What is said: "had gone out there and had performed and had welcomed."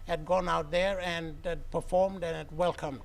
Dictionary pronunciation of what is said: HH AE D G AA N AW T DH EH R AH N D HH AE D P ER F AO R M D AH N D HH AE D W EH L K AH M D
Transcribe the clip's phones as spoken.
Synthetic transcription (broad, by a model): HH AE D G AA N AW T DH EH R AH N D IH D P ER F AO R M D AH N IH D W EH L K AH M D